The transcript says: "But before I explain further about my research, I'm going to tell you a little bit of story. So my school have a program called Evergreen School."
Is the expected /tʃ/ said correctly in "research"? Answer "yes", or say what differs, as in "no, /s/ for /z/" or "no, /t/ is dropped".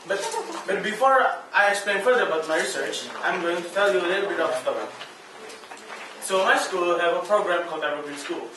yes